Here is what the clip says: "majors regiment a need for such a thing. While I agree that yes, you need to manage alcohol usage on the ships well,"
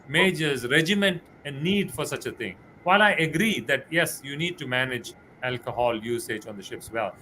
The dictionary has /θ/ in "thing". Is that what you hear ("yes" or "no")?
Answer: no